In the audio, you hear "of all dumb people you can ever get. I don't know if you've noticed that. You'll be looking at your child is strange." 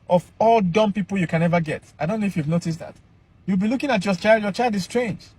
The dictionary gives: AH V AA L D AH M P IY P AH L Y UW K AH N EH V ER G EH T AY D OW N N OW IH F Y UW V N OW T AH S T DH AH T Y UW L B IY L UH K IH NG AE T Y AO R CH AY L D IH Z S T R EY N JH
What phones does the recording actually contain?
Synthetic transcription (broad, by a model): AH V AA L D AH M P IY P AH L Y UW K AH N EH V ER G EH T AY D OW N N OW IH F Y UW V N OW T AH S T DH AH T Y UW L B IY L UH K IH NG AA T Y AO L CH AY L D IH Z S T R EY N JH